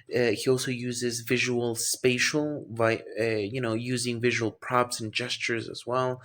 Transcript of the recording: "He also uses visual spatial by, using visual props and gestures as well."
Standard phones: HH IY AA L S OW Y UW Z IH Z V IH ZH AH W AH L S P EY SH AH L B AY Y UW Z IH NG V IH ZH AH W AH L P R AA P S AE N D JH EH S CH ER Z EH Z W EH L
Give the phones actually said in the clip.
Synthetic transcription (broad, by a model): HH IY AA L S OW Y UW Z IH Z V IH ZH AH W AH L S P EY SH L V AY Y UW Z IH NG V IH ZH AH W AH L P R AA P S N JH EH S CH ER Z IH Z W EH L